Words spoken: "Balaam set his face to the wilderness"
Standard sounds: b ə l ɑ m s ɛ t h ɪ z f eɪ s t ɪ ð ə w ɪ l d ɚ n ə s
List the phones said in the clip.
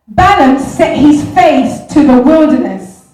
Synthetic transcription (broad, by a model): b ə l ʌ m s ɛ t h ɪ z f eɪ θ t ɪ ð ə w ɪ l d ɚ n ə s